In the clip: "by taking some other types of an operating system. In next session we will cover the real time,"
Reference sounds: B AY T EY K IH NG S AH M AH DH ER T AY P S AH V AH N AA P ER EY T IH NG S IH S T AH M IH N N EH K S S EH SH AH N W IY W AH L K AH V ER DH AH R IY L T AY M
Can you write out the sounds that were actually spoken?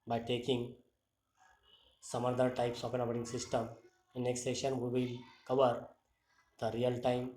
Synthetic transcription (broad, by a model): B AY T EY K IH NG S AH M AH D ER T AY P S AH P AH N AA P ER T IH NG S IH S T AH M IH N N EH K S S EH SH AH N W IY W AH L K AH V ER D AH R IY L T AY M